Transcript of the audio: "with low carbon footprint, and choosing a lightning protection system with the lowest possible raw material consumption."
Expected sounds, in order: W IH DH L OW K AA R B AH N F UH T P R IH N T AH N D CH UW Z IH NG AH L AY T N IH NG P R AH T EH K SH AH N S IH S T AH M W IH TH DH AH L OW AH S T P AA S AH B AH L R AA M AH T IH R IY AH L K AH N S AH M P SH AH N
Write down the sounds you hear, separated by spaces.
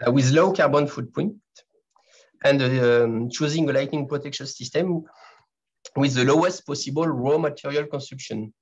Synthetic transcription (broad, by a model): W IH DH L OW K AA R B AH N F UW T P AO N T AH N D CH UW Z IH NG AH L AY T N IH NG P R AH T EH K SH AH N S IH S T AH M W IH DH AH L OW AH S T P AA S AH B AH L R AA M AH T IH R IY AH L K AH N S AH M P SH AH N